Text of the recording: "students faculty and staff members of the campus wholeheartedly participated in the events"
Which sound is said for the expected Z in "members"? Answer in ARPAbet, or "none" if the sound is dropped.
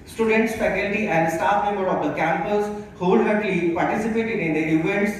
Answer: none